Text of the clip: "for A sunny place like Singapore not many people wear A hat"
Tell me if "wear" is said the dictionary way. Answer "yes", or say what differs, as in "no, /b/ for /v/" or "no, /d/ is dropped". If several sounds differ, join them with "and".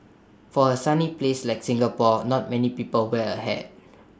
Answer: no, /l/ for /ɹ/